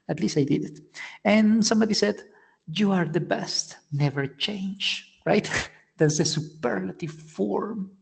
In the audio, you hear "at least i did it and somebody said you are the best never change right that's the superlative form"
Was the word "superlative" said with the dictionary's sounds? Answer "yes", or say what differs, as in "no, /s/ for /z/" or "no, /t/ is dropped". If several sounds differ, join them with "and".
yes